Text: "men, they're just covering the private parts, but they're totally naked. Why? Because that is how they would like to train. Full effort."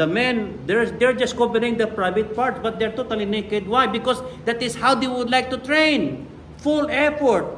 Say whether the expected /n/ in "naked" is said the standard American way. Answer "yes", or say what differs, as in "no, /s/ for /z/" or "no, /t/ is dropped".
yes